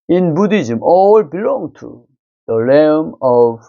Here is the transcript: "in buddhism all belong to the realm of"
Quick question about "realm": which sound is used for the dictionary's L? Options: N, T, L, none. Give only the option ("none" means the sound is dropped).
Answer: none